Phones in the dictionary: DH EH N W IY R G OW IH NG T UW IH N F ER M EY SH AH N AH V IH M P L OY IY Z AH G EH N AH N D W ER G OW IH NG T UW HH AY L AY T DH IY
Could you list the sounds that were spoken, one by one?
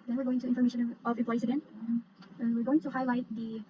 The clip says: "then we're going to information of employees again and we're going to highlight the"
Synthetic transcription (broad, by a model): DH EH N W IY R G OW IH NG T UW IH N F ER M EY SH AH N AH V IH P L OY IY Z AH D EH N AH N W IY G OW IH NG T UW HH AY L AY T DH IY